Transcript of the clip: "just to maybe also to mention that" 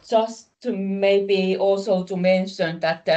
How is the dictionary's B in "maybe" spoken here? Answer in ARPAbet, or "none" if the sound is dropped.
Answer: B